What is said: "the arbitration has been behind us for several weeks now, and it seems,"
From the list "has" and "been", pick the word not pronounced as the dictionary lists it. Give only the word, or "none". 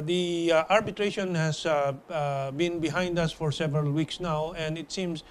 has